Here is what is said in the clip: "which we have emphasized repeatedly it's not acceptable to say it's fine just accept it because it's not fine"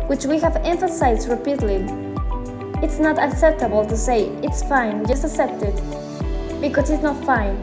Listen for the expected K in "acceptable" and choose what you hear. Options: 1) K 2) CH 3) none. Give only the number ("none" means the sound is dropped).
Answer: 1